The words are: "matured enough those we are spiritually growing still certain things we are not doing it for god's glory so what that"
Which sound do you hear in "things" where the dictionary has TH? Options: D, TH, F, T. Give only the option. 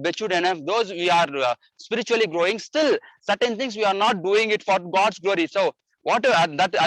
T